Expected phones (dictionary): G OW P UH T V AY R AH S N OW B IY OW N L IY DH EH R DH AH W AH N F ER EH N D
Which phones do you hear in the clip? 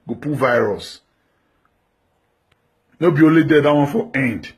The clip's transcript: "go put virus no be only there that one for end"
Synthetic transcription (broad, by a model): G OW P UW V AY R AH S N OW B IY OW L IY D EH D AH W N F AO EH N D